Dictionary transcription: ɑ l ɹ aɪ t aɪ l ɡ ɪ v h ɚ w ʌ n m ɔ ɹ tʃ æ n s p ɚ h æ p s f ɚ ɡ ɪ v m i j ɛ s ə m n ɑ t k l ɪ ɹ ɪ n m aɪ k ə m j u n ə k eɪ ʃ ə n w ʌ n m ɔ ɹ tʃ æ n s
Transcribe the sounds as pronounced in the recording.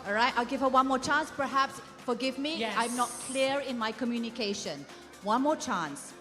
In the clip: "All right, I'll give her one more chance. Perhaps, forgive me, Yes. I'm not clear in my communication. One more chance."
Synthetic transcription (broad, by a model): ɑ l ɹ aɪ t aɪ l ɡ ɪ v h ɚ w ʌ n m ɔ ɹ tʃ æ n s p ɚ h æ p s f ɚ ɡ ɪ v m i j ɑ ə m n ɑ t k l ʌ ɹ ɪ n m aɪ k ə m j u n ə k eɪ ʃ ə n w ʌ n m ɔ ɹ tʃ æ n s